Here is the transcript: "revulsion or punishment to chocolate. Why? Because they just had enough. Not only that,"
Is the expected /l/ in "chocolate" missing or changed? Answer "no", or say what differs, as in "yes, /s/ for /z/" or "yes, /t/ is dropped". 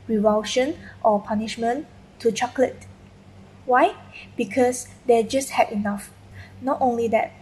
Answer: no